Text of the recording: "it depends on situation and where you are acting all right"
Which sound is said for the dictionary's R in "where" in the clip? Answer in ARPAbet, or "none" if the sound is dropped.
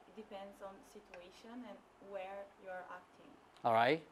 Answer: R